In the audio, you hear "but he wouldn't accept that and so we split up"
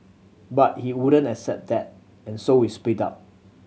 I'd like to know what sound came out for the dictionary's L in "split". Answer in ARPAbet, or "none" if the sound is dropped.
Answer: none